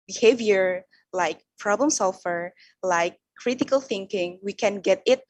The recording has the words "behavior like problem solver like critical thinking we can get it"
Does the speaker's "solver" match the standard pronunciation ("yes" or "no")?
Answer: no